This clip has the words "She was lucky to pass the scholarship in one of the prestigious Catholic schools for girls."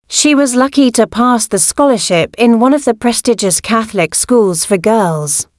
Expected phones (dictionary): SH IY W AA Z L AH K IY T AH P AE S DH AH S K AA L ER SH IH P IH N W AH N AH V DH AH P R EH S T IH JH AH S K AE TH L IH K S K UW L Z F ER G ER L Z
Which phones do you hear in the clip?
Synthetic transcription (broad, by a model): SH IY W AA Z L AH K IY T AH P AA S DH AH S K AA L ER SH IH P IH N W AH N AH V DH AH P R EH S T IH JH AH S K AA TH L IH K S K UW L Z F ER G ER L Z